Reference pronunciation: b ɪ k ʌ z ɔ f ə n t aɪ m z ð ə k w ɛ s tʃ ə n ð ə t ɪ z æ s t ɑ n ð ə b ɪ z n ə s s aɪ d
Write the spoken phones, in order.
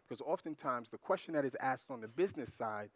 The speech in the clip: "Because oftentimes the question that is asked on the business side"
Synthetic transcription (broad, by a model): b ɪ k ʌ z ɔ f ə n t aɪ m z ð ə k w ɛ s tʃ ə n ð ə t ɪ z æ s t n ð ə b ɪ z n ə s s aɪ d